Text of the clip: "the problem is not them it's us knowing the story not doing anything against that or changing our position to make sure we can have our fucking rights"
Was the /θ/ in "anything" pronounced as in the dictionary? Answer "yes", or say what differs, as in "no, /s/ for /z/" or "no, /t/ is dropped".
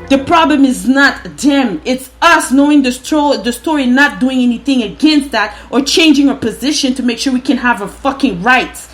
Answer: yes